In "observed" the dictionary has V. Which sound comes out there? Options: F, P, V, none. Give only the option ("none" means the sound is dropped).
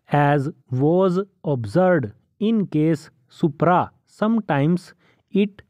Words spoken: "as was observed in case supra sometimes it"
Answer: none